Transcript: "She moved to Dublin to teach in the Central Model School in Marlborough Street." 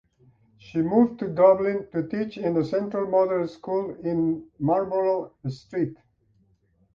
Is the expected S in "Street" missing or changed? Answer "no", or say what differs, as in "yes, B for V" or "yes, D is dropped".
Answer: no